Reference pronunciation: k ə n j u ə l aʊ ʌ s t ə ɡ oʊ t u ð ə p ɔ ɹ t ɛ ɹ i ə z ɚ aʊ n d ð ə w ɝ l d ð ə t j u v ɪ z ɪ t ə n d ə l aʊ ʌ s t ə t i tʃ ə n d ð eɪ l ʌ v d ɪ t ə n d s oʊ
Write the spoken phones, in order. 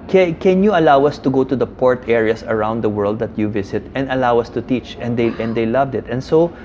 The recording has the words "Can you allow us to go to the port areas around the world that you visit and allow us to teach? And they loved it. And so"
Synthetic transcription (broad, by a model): k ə n j u ə l aʊ ʌ s t ə ɡ oʊ t u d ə p ɔ ɹ t ɛ ɹ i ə s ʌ aʊ n d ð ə w ɝ l d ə t j u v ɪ s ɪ t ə n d ə l aʊ ʌ s t ə t i tʃ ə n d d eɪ l ʌ v d ɪ t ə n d s oʊ